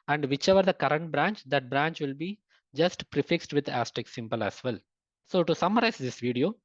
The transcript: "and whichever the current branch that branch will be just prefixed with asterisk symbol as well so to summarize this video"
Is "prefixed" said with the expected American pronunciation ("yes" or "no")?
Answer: yes